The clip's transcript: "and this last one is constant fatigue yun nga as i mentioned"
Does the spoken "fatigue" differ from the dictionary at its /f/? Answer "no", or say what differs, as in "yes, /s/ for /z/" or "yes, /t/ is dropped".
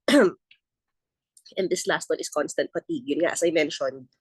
yes, /p/ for /f/